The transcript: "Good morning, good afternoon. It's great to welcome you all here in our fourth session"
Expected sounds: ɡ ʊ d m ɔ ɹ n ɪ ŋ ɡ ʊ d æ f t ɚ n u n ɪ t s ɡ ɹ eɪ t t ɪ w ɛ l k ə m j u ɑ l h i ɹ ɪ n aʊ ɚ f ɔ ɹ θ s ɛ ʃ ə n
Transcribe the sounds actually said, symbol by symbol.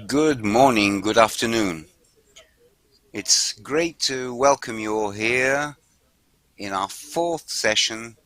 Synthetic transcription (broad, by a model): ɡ ʊ d m ɔ ɹ n ɪ ŋ ɡ ʊ d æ f t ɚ n u n ɪ t s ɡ ɹ eɪ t t ɪ w ɛ l k ə m j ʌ h i ɹ ɪ n aʊ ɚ f ɔ ɹ θ s ɛ ʃ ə n